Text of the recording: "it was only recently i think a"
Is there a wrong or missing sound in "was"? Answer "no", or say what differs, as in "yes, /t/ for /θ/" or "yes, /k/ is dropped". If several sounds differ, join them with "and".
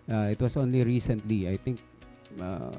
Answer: yes, /s/ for /z/